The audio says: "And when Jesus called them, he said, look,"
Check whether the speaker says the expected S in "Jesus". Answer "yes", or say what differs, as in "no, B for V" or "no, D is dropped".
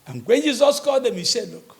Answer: yes